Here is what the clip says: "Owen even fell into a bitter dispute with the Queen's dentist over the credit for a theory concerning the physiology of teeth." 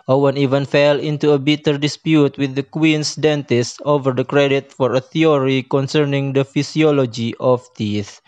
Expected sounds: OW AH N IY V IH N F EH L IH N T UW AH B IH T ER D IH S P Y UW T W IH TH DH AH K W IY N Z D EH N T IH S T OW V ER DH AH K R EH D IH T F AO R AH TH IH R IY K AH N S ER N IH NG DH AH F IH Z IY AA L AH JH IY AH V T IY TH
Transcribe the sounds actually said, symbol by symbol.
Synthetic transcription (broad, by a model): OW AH N IY V IH N F EH L IH N T UW AH B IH T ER D IH S P Y UW T W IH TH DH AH K W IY N S D EH N T IH S T OW V ER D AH K R EH D IH T F AO R AH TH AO R IY K AH N S ER N IH NG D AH F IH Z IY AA L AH JH IY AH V T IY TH